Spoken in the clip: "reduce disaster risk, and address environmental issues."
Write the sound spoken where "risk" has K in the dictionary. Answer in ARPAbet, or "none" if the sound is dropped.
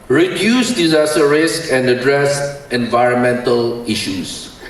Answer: K